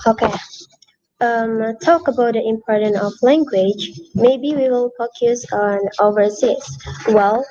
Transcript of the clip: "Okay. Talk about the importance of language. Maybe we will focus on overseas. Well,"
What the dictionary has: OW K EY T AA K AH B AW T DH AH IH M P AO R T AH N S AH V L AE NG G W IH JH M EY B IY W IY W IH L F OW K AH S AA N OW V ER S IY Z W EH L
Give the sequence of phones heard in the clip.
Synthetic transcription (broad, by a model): OW K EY T AA K AH B AW T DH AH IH M P AO R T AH N AH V L AE NG G W IH JH M EY B IY W IY W IH L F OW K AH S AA N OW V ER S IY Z W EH L